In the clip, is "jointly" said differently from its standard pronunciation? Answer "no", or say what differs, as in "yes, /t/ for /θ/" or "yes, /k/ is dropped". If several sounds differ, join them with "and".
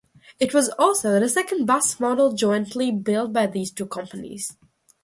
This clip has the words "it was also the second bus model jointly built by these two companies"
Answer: no